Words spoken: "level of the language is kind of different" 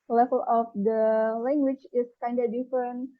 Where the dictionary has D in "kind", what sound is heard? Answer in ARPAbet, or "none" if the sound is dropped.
D